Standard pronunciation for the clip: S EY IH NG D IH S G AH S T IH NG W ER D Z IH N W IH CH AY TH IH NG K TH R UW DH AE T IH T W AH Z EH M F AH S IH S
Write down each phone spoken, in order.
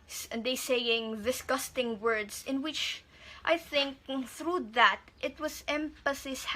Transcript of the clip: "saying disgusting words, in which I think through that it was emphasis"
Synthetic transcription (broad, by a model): S EY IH NG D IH S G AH S T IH NG W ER D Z IH N W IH CH AY TH IH NG K TH R UW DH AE T IH T W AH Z EH M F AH S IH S